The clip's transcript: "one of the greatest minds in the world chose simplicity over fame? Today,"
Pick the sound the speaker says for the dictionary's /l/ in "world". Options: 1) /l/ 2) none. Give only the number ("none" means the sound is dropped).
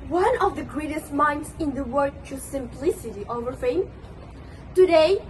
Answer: 2